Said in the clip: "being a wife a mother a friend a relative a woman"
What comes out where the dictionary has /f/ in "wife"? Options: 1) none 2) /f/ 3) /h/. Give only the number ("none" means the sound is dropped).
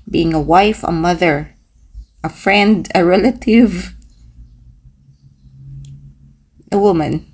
2